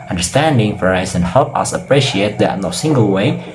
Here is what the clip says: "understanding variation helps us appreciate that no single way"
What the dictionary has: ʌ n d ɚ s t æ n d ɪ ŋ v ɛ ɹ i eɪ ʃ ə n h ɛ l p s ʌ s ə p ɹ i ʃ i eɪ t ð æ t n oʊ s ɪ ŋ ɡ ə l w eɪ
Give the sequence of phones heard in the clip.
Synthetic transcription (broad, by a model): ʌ n d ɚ s t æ n d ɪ ŋ f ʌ ɹ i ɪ s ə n h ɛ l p ʌ s ə p ɹ i ʃ i eɪ t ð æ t n oʊ s ɪ ŋ ɡ ə l w eɪ